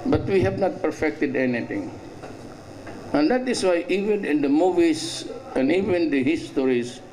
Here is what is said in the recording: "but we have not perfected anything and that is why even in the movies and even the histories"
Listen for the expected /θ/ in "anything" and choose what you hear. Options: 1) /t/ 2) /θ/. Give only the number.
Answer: 1